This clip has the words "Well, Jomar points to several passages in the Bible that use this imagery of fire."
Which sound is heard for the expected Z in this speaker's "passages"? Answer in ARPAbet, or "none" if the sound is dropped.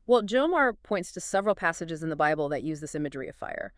Z